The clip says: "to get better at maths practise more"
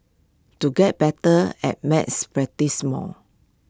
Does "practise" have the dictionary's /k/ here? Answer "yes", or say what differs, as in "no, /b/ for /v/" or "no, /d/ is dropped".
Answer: no, /k/ is dropped